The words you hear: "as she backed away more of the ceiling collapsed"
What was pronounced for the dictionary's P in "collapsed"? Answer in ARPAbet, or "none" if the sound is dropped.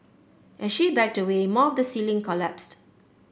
P